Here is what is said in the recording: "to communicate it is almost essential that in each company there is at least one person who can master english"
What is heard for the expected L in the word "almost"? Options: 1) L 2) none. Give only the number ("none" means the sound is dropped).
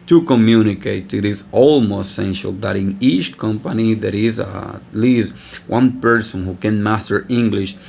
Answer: 1